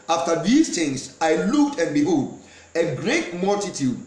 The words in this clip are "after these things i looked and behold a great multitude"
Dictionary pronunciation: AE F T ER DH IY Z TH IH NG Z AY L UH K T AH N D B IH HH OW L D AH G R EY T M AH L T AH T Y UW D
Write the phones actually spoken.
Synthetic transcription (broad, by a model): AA F T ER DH IY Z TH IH NG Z AY L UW K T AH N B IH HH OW D AH G R EY T M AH L T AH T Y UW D